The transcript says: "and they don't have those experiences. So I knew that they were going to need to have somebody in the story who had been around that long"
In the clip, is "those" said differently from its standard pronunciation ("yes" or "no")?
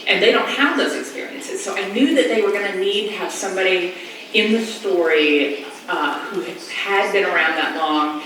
no